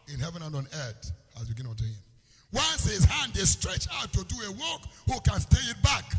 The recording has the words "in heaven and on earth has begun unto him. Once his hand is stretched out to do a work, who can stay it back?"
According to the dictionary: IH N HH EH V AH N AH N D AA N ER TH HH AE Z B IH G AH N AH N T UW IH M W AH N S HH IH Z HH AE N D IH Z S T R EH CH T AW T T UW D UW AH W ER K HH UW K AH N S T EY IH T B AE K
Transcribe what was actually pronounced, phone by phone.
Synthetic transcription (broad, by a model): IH N HH EH V AH N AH N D AA N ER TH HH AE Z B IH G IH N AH T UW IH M W AH N S HH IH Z HH AE N D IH S T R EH CH AW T T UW D UW AH W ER K HH UW K AH N S T EY IH T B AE K